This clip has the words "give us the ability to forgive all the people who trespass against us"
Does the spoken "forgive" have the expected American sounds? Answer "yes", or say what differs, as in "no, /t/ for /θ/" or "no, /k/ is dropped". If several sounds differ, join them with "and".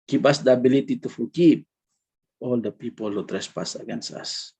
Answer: no, /p/ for /v/